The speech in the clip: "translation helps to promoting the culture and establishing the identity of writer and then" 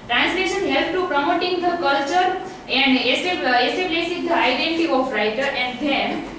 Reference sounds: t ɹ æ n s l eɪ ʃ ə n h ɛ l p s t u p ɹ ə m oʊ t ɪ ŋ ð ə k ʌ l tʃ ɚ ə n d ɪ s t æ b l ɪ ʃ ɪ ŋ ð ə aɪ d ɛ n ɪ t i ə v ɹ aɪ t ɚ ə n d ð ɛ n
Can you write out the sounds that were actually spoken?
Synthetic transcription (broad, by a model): t ɹ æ n s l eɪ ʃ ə n h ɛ l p t u p ɹ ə m oʊ t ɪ ŋ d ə k ʌ l tʃ ɚ ə n d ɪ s s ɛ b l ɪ s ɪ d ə aɪ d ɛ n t i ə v ɹ aɪ t ɚ ə n d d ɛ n